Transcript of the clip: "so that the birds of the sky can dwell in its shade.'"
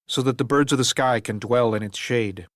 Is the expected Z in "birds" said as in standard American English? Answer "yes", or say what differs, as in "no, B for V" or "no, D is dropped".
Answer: yes